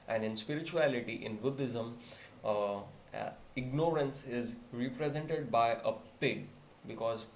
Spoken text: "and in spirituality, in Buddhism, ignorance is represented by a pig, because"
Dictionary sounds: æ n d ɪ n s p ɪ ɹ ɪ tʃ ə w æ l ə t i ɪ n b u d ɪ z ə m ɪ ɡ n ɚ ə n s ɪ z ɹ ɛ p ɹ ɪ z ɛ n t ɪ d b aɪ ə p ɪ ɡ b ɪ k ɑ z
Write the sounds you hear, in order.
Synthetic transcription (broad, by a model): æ n d ɪ n s p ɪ ɹ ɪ tʃ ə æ l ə t i ɪ n b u d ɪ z ə m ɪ ɡ n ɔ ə n s ɪ z ɹ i p ɹ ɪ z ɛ n t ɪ d b aɪ ə p ɪ ɡ b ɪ k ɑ z